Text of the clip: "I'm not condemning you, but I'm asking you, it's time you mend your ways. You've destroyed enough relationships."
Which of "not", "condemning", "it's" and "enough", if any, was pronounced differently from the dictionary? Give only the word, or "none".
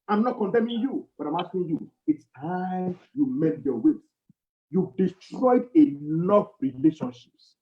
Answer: enough